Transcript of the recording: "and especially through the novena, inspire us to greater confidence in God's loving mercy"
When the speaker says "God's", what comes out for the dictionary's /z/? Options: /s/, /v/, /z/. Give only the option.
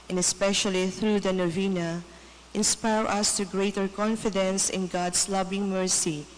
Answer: /s/